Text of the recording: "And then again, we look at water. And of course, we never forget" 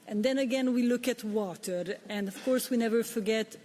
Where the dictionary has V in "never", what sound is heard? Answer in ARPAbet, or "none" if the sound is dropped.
V